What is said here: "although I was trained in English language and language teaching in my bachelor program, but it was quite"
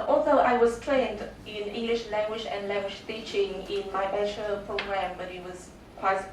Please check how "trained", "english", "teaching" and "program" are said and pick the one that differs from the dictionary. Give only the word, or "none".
none